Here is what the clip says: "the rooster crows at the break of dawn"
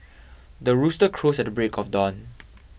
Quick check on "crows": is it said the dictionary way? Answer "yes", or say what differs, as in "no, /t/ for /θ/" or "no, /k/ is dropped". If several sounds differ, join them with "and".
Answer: no, /s/ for /z/